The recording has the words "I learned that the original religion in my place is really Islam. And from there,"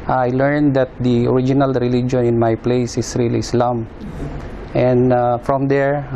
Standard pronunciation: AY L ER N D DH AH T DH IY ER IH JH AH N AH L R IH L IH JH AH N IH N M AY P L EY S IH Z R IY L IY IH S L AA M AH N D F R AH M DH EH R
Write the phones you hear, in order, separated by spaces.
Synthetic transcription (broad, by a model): AY L ER N D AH T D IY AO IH JH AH N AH L R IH L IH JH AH N IH N M AY P L EY S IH S R IY L IY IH S L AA M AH N D F R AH M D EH R